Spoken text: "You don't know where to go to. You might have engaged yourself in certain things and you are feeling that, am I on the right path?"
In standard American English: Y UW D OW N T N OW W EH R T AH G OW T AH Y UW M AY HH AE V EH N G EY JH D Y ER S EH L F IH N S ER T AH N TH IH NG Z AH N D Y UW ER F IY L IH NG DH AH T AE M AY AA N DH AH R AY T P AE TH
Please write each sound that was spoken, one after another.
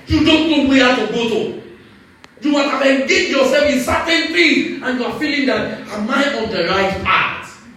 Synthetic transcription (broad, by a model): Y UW D OW N T N OW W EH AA T AH G OW T AH Y UW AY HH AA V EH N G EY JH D Y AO S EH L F IH N S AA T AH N F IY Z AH N Y UW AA F IY L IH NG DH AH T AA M AY AA N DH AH R AY T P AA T